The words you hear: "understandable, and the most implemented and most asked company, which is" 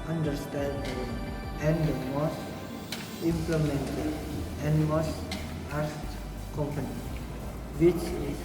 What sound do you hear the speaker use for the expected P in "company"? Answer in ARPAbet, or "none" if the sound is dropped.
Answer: P